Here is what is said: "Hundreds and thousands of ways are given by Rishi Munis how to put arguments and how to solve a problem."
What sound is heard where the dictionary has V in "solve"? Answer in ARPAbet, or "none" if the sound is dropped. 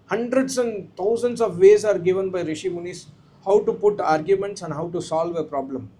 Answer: V